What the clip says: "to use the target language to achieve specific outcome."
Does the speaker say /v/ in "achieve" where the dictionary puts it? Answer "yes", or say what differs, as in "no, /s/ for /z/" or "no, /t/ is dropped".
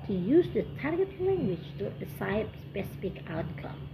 no, /p/ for /v/